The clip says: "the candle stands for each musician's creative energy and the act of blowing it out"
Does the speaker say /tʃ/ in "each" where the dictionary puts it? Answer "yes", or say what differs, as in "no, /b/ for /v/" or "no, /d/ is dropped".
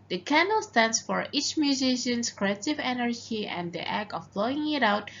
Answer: yes